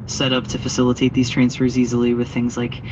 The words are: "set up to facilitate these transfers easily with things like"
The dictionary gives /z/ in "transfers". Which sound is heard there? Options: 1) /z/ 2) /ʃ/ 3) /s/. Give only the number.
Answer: 1